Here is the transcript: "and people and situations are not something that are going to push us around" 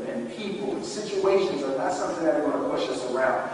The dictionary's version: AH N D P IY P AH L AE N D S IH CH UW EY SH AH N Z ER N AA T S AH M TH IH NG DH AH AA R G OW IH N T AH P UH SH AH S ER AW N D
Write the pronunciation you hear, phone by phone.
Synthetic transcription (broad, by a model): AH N P IY P L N S IH CH UW EY SH AH N Z ER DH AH T S AH M TH IH NG DH AH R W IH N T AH P UH SH AH S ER AW N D